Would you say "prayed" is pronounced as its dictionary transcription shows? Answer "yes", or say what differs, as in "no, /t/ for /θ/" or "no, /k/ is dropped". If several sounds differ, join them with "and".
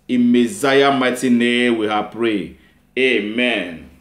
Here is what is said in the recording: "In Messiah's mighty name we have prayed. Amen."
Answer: no, /d/ is dropped